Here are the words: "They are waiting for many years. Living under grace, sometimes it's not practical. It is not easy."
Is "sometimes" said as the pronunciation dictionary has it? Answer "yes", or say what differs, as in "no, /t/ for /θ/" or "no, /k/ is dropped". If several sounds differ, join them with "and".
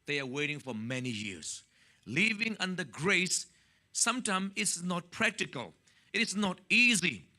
no, /z/ is dropped